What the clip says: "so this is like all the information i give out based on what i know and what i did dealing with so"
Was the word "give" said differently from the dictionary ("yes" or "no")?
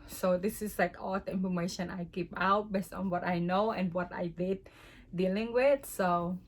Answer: yes